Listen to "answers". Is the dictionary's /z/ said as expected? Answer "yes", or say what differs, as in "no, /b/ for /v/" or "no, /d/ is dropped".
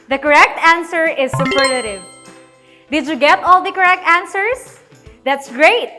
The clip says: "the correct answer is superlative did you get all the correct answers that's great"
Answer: no, /s/ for /z/